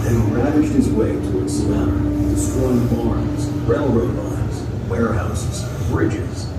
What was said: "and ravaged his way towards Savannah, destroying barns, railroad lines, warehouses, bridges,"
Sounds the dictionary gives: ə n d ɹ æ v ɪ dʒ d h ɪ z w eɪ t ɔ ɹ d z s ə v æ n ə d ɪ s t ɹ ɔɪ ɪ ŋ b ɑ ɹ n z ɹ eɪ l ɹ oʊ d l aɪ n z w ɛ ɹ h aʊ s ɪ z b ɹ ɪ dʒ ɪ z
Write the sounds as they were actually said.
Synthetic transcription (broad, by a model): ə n ɹ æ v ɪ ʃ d h ɪ z w eɪ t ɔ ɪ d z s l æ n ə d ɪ s t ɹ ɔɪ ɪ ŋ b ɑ ɹ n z ɹ eɪ l ɹ oʊ d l aɪ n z w ɛ ɹ h aʊ s ɪ z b ɹ ɪ dʒ ɪ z